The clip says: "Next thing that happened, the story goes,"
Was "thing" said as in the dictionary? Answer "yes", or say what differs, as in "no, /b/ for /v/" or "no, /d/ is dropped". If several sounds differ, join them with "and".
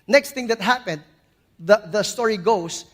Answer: no, /t/ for /θ/